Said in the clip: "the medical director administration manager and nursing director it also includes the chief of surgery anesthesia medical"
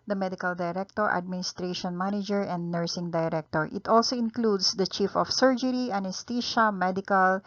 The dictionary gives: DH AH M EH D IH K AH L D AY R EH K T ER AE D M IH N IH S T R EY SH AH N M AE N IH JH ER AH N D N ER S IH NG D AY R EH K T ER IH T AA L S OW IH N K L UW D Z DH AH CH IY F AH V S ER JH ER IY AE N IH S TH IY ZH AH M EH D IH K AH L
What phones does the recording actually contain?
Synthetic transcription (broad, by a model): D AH M EH D IH K AH L D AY R EH K T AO AE D M IH N IH S T R EY SH AH N M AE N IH JH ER AH N D N ER S IH NG D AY R EH K T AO IH T AA L S OW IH N K L UW D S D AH CH IY F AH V S ER JH ER IY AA N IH S T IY SH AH M EH D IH K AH L